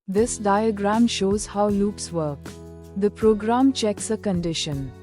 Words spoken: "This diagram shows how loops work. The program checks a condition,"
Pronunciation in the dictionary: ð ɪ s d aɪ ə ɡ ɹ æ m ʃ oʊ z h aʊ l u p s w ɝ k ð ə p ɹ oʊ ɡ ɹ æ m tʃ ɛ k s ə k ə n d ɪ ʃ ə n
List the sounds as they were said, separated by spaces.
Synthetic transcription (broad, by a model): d ɪ s d aɪ ə ɡ ɹ æ m ʃ oʊ z h aʊ l u p s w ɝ k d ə p ɹ oʊ ɡ ɹ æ m tʃ ɛ k s ə k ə n d ɪ ʃ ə n